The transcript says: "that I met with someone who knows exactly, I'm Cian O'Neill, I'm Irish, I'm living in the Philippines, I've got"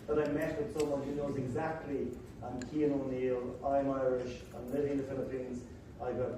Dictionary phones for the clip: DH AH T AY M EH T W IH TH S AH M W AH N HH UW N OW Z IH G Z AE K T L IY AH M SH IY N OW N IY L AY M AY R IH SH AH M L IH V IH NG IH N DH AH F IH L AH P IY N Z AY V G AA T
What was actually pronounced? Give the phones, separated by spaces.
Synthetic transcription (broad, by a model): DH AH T AY M EH T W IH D S AH M W AH N HH UW N OW Z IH G Z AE K T L IY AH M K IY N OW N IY L AY M AY R IH SH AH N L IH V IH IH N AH F IH L AH P IY N Z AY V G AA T